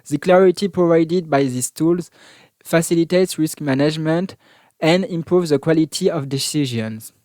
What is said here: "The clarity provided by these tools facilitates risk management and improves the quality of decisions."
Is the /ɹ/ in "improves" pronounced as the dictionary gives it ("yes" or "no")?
yes